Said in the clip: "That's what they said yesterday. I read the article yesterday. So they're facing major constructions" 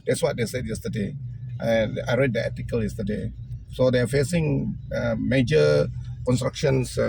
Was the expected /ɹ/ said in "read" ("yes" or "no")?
yes